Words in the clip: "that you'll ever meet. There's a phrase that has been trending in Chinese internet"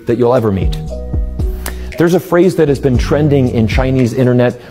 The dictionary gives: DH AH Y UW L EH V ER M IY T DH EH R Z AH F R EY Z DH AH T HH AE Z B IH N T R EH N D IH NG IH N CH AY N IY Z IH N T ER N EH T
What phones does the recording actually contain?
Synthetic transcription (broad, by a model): DH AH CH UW L EH V ER M IY T DH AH R Z AH F R EY Z DH AH T HH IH Z B IH N T R EH N D IH NG IH N CH AY N IY Z IH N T ER N EH T